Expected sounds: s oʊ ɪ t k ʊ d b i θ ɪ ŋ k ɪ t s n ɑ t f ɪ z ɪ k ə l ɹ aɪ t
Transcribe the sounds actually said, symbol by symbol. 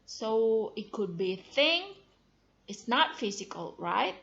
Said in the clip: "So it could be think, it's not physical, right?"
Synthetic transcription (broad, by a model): s oʊ ɪ t k ʊ d b i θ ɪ ŋ ɪ t s n ɑ t f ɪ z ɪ k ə l ɹ aɪ t